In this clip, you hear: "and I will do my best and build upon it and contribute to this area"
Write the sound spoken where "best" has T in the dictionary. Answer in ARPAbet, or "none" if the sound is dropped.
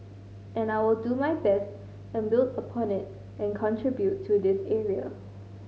T